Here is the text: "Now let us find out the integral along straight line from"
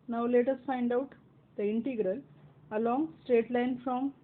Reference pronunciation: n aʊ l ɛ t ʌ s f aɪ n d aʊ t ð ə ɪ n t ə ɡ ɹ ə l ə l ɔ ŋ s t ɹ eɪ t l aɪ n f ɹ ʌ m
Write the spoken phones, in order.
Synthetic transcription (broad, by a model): n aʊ l ɛ t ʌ s f aɪ n d aʊ t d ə ɪ n t ə ɡ ɹ ə l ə l ɔ ŋ s t ɹ eɪ t l aɪ n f ɹ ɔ m